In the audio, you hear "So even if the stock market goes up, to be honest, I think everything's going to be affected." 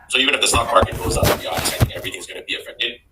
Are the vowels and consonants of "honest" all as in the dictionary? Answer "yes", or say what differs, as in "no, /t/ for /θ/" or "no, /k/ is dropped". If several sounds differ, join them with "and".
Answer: no, /t/ is dropped